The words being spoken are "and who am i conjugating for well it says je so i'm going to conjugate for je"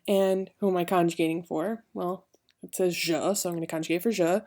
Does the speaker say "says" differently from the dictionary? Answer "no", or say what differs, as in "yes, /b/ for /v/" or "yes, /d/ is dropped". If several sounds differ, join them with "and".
no